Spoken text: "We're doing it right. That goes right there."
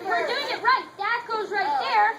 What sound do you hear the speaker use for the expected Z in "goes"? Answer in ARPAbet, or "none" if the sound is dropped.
Z